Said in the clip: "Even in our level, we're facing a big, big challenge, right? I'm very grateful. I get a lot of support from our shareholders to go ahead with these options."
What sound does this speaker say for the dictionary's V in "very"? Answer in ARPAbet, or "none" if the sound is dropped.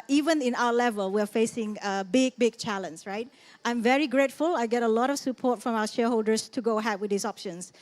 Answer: V